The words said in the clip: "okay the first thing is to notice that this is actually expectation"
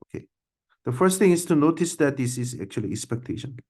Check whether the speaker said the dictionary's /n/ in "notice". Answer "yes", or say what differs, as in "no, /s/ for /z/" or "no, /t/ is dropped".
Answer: yes